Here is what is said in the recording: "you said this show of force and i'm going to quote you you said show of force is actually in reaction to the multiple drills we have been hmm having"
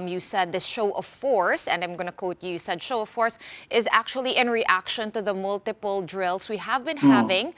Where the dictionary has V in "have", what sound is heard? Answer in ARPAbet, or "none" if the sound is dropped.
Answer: V